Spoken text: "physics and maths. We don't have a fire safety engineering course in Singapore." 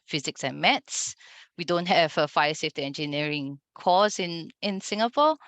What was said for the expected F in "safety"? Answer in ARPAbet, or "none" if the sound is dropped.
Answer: F